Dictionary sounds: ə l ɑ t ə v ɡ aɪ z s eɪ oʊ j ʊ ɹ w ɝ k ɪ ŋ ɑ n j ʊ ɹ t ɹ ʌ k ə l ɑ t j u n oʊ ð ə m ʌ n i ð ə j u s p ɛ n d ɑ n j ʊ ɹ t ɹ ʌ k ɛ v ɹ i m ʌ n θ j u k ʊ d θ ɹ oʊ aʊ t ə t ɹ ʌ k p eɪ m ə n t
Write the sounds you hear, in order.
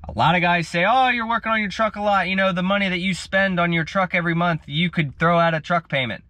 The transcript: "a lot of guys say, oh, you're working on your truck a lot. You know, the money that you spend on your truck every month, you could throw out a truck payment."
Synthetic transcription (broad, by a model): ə l ɑ t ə ɡ aɪ z s eɪ oʊ j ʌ ɹ w ɝ k ɪ ŋ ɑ n j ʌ ɹ t ɹ ʌ k ə l ɑ t j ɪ n oʊ ð ə m ʌ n i ð ə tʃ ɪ s p ɛ n d n j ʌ ɹ t ɹ ʌ k ɛ v ɹ i m ʌ n θ j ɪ k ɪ d θ ɹ oʊ aʊ t ə t ɹ ʌ k p eɪ m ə n t